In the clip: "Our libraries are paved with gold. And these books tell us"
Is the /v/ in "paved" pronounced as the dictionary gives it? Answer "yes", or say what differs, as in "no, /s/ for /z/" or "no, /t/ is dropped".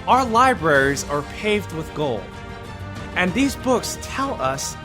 yes